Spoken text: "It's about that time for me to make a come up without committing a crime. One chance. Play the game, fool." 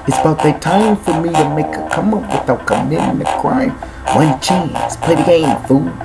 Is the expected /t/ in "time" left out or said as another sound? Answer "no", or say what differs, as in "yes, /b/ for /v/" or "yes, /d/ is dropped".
no